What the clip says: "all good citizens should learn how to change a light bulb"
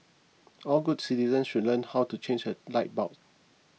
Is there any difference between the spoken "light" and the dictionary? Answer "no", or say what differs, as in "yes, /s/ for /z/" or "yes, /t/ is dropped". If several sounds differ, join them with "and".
no